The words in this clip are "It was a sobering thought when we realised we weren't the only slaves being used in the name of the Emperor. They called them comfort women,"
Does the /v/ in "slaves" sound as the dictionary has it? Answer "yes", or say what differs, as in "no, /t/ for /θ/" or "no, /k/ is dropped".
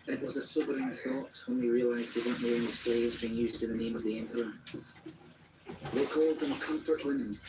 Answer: no, /v/ is dropped